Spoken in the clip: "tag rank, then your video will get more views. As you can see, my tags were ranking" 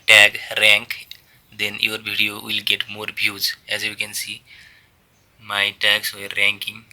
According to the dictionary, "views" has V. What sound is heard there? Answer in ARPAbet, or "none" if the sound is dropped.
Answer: B